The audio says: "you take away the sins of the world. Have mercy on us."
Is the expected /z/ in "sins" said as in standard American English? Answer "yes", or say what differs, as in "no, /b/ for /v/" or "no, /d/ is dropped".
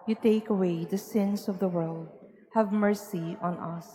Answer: no, /s/ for /z/